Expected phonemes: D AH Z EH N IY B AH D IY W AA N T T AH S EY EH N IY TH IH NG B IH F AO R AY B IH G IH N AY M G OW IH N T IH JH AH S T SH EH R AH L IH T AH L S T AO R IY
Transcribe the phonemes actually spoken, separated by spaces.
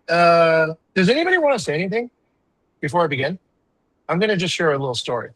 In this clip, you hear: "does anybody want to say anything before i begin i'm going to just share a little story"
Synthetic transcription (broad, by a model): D AH Z EH N IY B AH D IY W AA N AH S EY EH N IY TH IH NG B IH F AO R AY B IH G IH N AY M G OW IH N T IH JH AH S T SH EH R AH L IH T L S T AO R IY